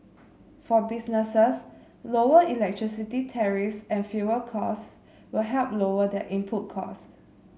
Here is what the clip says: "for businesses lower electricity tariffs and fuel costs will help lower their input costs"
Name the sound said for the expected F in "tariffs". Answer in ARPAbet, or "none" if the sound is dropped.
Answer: F